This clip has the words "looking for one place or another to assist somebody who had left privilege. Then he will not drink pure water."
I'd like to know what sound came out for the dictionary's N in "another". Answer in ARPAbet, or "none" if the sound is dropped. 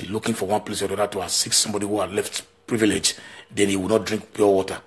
none